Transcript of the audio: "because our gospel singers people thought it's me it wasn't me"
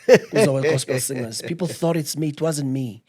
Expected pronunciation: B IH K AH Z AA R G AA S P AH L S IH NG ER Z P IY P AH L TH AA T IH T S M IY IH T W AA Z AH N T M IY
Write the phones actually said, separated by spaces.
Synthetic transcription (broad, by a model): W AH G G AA S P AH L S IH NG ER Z P IY P L TH AA T IH T S M IY T W AA Z AH N T M IY